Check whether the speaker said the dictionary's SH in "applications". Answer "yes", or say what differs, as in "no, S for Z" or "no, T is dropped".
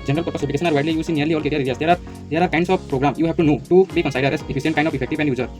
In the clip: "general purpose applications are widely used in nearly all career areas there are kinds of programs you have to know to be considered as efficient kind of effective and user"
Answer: no, S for SH